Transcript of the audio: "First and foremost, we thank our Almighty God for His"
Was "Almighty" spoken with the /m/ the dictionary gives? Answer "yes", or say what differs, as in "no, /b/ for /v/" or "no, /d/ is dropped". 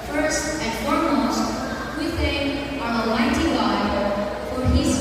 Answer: no, /m/ is dropped